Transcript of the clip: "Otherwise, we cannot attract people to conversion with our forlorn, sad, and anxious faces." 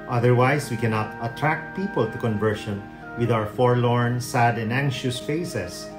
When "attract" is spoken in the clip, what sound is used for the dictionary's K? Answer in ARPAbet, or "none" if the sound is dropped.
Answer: K